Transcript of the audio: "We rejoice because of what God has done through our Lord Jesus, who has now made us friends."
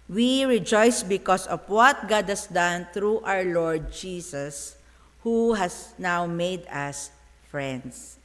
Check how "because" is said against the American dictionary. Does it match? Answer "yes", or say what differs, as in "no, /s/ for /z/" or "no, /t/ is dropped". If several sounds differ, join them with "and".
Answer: no, /s/ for /z/